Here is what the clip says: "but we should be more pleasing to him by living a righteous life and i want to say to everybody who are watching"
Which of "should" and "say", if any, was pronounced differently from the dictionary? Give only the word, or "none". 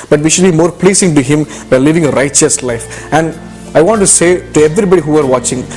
none